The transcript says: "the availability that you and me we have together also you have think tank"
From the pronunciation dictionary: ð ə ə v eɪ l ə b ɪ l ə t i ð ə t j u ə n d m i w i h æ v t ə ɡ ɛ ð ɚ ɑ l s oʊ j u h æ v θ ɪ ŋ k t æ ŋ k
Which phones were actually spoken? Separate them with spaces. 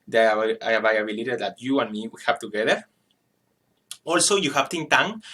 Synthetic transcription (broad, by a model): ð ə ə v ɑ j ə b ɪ l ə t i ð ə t j u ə n m i w i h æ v t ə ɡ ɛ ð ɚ ɑ l s oʊ j u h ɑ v t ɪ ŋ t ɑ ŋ